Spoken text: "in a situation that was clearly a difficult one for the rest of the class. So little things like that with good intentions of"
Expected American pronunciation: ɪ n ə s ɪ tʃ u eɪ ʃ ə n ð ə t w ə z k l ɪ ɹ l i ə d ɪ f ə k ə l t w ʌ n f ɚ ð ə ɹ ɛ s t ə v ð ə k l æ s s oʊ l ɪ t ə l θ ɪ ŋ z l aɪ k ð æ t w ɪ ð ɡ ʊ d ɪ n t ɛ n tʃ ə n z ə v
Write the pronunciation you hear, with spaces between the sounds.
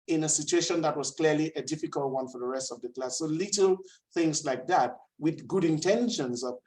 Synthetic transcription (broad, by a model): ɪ n ə s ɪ tʃ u eɪ ʃ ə n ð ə t w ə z k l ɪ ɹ l i ə d ɪ f ə k ə l t w ʌ n f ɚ ð ə ɹ ɛ s t ə v ð ə k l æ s s oʊ l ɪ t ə l θ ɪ ŋ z l aɪ k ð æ t w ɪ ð ɡ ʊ d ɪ n t ɛ n ʃ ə n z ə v